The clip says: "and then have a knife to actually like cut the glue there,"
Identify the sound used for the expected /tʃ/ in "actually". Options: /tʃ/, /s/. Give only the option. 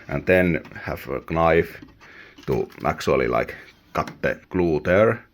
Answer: /s/